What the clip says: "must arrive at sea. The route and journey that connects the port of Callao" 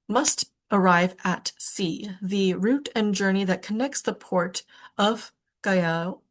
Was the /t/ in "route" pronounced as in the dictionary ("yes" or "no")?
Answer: yes